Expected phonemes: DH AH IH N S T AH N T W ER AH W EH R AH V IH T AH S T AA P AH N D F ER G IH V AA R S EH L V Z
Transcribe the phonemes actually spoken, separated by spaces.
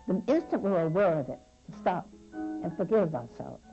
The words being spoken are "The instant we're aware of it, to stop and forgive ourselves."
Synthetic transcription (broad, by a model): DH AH IH N S T AH N T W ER AH W EH R AH V IH T S T AA P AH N F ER G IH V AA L S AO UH